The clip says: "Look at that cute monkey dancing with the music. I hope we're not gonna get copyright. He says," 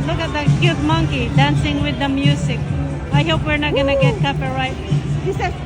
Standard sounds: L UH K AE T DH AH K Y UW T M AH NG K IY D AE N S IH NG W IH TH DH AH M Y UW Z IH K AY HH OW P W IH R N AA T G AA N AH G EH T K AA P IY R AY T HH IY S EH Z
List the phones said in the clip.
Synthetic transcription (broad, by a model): L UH K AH T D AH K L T M AH NG K IY D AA N S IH NG W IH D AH M Y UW S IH K AY HH OW P W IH R N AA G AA N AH G EH T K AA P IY R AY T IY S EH